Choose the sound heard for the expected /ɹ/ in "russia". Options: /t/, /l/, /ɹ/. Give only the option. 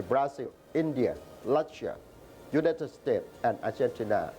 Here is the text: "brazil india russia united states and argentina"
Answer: /l/